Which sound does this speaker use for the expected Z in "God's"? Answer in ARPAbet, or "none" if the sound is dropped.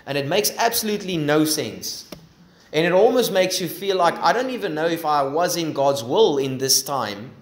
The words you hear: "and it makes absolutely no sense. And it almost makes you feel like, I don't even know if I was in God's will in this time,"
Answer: Z